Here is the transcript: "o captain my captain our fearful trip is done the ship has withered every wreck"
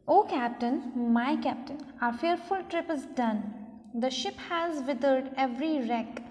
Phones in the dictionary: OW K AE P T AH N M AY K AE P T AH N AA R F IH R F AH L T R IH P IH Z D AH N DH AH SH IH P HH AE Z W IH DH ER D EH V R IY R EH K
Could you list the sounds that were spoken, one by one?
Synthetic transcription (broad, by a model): OW K AE P T AH N M AY K AE P T AH N AA R F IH R F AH L T R IH P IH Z D AH N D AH SH IH P HH AE Z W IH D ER D EH V R IY R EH K